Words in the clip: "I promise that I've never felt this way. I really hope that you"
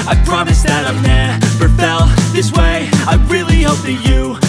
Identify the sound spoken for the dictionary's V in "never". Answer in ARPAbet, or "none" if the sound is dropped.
P